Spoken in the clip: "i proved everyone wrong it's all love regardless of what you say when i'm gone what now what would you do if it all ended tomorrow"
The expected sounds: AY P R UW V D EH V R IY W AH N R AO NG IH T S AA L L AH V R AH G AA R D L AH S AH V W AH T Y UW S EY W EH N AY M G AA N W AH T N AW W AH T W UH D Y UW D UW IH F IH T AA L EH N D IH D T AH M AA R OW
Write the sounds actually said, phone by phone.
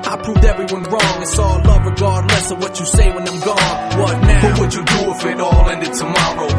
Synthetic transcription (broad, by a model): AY P R UW V D EH V R IY W AH N R AO NG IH S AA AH L AH V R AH G AA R D L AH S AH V W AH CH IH S EY W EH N AY M G AA N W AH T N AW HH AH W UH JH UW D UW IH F IH T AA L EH N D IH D T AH M AA R OW